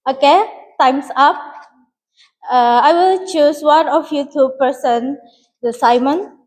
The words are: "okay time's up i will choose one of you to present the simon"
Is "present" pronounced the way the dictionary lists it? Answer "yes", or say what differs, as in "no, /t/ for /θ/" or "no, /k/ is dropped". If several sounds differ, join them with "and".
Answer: no, /ɹ/ is dropped and /s/ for /z/